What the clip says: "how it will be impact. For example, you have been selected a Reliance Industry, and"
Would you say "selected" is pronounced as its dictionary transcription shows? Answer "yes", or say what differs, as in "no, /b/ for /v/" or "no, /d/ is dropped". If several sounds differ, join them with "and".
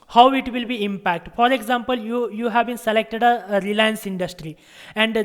yes